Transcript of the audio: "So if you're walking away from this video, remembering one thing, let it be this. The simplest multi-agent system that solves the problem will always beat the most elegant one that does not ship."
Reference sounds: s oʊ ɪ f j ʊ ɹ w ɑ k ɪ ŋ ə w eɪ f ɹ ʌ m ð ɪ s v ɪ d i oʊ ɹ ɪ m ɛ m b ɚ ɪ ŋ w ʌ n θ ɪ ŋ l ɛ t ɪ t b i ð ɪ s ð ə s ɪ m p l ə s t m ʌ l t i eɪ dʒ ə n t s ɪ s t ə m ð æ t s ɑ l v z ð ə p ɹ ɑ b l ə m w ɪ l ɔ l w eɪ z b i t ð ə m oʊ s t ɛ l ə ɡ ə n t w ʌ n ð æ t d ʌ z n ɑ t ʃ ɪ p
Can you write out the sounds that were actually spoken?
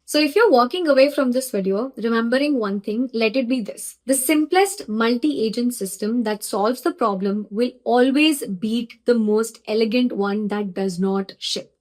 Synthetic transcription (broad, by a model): s oʊ ɪ f j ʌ ɹ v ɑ k ɪ ŋ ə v eɪ f ɹ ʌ m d ɪ s v ɪ d i oʊ ɹ ɪ m ɛ m b ɚ ɪ ŋ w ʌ n t ɪ ŋ l ɛ t ɪ t b i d ɪ s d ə s ɪ m p l ə s t m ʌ l t i eɪ dʒ ə n t s ɪ s t ə m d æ t s ɑ l v z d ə p ɹ ɑ b l ə m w ɪ l ɔ l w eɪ z b i t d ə m oʊ s t ɛ l ə ɡ ə n t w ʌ n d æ t d ʌ z n ɑ t ʃ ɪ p